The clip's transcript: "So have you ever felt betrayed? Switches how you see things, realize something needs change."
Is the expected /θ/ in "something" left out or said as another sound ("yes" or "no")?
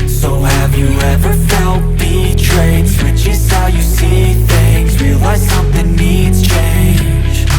no